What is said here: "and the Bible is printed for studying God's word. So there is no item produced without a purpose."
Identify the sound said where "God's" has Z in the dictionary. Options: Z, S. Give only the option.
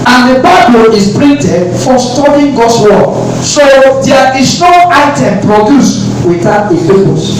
S